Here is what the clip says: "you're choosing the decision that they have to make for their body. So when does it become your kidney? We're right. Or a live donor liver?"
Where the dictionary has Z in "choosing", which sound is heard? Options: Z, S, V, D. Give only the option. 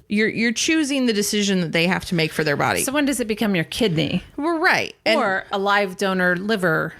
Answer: Z